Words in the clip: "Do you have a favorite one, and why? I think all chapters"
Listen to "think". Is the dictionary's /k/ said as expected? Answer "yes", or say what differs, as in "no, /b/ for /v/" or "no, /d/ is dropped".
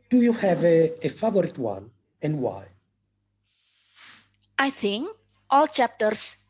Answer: yes